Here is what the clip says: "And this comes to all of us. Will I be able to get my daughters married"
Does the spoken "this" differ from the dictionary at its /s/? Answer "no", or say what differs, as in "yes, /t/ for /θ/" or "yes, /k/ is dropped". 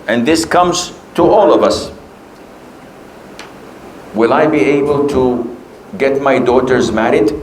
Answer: no